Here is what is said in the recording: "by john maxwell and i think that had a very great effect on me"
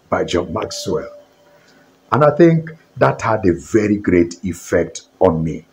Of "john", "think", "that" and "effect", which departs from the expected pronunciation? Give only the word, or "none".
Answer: none